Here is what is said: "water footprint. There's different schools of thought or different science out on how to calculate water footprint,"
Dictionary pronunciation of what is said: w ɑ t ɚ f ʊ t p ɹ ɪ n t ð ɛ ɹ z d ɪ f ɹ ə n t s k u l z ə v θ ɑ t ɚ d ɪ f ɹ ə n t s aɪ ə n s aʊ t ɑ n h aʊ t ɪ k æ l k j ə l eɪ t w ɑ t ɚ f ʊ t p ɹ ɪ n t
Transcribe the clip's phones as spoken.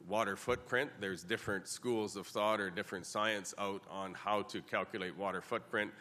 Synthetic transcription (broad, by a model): w ɑ t ɚ f ʊ t p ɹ ɪ n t ð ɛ ɹ z d ɪ f ɹ ə n t s k u l z ə v θ ɑ t ɚ d ɪ f ɹ ə n t s aɪ ə n s aʊ t n h aʊ t ɪ k æ l k j ə l eɪ t w ɑ t ɚ f ʊ t p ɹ ɪ n t